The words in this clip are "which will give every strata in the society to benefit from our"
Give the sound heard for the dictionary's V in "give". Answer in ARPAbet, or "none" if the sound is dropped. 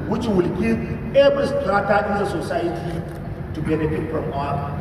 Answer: none